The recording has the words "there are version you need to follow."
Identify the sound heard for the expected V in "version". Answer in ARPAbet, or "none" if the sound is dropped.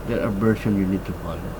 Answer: B